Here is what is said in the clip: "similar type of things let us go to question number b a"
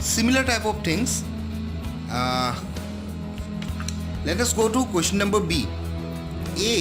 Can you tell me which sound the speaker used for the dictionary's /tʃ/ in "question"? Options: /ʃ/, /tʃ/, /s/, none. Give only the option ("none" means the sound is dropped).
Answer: /ʃ/